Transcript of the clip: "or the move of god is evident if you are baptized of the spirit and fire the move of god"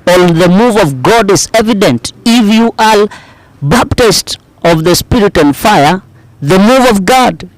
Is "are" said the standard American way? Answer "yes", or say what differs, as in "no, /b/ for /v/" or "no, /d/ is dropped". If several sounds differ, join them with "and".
no, /l/ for /ɹ/